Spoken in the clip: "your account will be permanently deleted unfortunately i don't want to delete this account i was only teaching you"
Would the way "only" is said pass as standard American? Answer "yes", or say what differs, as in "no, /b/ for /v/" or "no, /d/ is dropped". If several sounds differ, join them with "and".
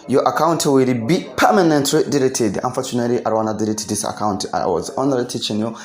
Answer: no, /l/ is dropped